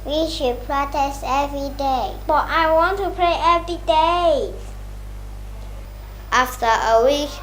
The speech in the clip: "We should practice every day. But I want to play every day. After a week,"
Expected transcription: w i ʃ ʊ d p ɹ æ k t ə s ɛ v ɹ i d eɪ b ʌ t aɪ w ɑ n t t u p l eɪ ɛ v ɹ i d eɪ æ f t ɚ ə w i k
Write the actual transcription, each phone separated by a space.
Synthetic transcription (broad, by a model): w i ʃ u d p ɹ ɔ t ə s ɛ v ɹ i d eɪ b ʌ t aɪ w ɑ n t t u p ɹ eɪ ɛ v ɹ i d eɪ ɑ f t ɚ ə w i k